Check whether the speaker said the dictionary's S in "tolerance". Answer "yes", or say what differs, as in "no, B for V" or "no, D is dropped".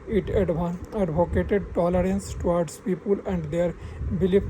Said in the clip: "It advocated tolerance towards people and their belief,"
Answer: yes